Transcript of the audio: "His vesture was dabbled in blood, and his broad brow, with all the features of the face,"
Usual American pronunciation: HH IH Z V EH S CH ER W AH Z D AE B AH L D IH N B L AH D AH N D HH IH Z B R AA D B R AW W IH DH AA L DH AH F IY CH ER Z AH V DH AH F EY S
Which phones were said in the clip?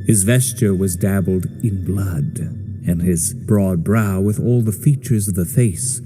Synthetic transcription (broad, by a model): HH IH Z V EH S CH ER W AH Z D AE B L D IH N B L AH D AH N IH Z B R AA D B R AW W IH DH AA L DH AH F IY CH ER Z AH V DH AH F EY S